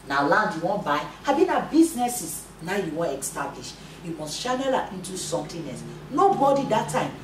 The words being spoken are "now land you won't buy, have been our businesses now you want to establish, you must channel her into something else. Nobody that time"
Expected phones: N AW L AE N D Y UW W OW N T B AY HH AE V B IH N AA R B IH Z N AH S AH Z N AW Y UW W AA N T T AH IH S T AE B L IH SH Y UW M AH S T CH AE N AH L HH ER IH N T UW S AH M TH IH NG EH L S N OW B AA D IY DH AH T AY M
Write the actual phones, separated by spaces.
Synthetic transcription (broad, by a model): N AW L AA N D Y UW W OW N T B AY HH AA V B IH N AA B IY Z N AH S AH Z N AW Y UW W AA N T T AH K S T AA B L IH SH Y UW M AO S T SH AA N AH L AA IH N T UW S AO M T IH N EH S N OW B AA D IY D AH T AY M